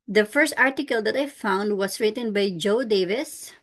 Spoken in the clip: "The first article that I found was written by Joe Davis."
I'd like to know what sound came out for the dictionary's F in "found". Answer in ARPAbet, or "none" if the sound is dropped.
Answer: F